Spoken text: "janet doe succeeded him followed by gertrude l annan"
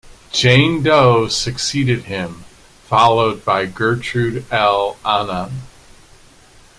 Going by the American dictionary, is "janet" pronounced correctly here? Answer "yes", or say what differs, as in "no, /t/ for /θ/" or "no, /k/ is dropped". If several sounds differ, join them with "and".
no, /n/ is dropped